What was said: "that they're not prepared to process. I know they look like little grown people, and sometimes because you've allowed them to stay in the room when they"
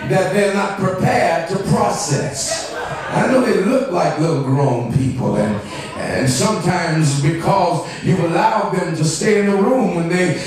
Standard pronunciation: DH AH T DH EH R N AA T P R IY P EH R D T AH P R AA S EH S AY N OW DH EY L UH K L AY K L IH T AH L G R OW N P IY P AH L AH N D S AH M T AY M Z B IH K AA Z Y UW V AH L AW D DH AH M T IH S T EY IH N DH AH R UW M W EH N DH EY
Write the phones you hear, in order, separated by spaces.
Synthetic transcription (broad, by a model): DH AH T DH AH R N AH T P R IY P EH R D T AH P R AA S EH S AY N OW DH EY L UH K L AY K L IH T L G R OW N P IY P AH L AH N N S AH M T AY M Z B IH K AA Z Y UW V AH L AW D DH AH M T IH S T EY IH N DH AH R UW M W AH N DH EY